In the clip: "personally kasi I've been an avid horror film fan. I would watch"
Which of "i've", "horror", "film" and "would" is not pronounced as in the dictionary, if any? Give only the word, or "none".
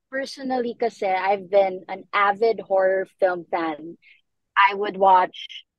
none